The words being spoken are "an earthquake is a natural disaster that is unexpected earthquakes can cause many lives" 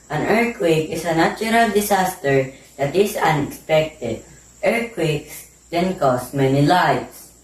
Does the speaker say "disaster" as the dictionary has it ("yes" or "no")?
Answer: no